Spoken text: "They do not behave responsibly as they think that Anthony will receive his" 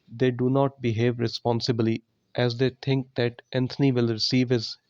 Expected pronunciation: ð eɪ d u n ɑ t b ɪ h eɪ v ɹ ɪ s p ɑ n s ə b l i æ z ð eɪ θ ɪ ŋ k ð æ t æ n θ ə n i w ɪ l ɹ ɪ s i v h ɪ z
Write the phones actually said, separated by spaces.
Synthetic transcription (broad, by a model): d eɪ d u n ɑ t b ɪ h eɪ v ɹ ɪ s p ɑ n s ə b l i æ z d eɪ t ɪ ŋ k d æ t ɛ n t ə n i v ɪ l ɹ ɪ s i v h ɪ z